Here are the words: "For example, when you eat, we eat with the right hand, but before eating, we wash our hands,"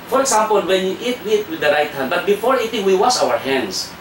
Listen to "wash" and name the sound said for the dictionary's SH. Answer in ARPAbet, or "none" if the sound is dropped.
S